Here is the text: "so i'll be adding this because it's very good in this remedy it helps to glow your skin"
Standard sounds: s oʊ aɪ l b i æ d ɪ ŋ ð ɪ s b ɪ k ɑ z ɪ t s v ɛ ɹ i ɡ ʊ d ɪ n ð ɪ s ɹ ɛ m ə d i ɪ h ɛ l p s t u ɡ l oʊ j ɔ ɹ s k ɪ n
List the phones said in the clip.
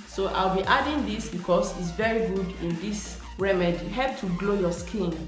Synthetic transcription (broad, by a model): s oʊ aɪ l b i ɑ d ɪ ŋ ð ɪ s b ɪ k ɑ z ɪ t s v ɛ ɹ i ɡ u d ɪ n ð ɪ s ɹ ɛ m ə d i h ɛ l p t u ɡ l oʊ j ɔ s k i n